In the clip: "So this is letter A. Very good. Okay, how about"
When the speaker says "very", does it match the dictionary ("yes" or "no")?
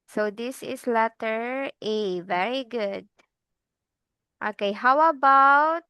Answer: yes